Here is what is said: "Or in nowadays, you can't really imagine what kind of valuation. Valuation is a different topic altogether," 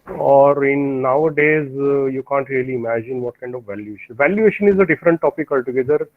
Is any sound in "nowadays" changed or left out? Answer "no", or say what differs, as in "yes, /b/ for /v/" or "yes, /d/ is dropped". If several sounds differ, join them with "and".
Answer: no